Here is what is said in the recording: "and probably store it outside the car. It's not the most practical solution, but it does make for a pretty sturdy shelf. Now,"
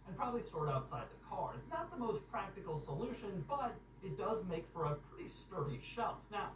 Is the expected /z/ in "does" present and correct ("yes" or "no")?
yes